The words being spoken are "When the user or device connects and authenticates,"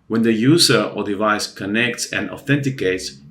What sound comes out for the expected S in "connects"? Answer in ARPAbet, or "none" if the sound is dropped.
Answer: S